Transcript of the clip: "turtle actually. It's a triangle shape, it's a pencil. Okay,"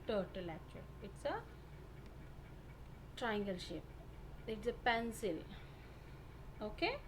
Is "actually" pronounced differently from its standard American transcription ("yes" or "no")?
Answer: yes